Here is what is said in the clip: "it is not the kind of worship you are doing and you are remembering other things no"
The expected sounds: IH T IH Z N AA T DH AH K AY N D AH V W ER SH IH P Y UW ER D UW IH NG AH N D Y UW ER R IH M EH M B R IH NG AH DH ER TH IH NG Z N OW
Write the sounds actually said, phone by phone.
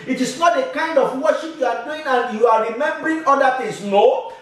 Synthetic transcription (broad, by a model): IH T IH S N AA T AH K AY N D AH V W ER SH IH P Y UW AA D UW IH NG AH N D Y UW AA R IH M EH M B R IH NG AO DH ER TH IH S N OW